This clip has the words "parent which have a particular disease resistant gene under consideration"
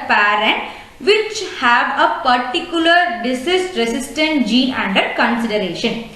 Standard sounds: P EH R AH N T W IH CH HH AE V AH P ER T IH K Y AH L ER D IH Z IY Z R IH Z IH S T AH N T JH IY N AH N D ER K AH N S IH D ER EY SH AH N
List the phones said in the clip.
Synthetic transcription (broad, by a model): P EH R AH N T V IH CH HH AE V AH P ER T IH K Y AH L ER D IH S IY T R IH S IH S T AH N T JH IY AH N D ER K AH N S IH D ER EY SH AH N